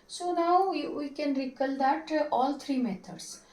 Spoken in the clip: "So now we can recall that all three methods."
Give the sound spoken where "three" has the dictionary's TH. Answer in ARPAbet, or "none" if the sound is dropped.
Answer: T